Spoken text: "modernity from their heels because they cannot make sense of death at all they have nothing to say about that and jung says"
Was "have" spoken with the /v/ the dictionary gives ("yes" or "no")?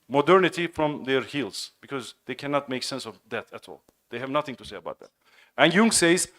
yes